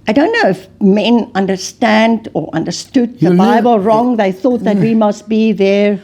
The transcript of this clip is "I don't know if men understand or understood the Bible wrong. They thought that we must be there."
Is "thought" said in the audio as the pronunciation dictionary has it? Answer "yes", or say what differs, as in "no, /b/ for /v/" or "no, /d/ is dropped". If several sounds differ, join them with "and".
yes